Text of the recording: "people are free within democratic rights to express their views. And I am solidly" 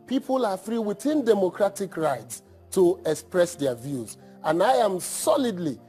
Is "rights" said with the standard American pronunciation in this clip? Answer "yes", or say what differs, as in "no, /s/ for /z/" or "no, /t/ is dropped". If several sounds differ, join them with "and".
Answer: yes